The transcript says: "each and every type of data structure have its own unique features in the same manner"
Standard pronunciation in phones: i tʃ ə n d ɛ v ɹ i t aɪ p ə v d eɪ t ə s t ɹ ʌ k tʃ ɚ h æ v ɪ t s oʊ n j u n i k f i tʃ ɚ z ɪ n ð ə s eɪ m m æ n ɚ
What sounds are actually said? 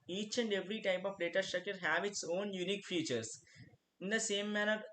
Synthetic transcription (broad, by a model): i tʃ ə n d ɛ v ɹ i t aɪ p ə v d eɪ t ə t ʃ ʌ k ɚ h æ v ɪ t s oʊ n j u n i k f i tʃ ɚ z ɪ n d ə s eɪ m m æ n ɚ